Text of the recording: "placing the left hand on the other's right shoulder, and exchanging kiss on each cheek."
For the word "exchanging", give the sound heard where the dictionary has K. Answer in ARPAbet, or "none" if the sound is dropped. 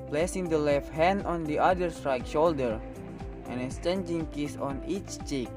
none